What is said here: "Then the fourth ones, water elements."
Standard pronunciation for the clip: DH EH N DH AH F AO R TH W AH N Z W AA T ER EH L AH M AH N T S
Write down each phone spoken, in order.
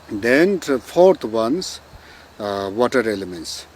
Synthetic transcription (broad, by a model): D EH N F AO R T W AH N S W AA T ER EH L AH M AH N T S